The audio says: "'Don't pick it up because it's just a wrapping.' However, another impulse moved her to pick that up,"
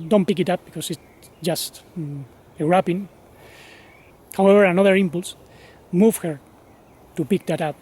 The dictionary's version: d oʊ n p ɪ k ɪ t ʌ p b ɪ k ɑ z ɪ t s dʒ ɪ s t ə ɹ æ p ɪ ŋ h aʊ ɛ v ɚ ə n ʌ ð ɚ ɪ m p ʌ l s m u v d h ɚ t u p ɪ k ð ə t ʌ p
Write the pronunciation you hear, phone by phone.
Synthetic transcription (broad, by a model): d oʊ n p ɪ k ɪ t ʌ p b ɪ k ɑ s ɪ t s dʒ ɪ s t ə ɹ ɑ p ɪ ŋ h aʊ ɛ v ɚ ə n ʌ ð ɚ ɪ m p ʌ l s m u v h ɚ t u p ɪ k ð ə t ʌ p